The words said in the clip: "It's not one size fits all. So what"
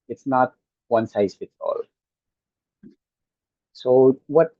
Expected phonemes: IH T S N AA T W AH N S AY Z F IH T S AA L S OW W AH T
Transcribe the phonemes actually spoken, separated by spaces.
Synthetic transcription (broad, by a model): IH T S N AA T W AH N S AY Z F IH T AA L S OW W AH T